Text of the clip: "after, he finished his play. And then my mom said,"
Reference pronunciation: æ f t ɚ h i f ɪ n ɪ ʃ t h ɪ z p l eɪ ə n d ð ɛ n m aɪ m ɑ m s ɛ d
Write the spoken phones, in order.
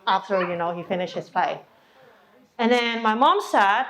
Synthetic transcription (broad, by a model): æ f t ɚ h i f ɪ n ɪ ʃ t h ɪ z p eɪ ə n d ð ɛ n m aɪ m ɑ m s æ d